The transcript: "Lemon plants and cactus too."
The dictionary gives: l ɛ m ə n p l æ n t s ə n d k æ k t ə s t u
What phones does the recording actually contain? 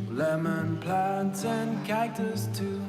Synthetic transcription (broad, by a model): l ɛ m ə n p l æ n t s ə n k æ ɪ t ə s t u